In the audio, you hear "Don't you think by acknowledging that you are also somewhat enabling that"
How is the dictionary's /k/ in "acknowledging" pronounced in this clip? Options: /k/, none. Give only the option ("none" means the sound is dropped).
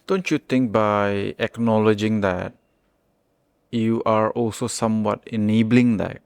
/k/